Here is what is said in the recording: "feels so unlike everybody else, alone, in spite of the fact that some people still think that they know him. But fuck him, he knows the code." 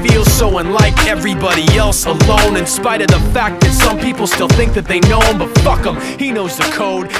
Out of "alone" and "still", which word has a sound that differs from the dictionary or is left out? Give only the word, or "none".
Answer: none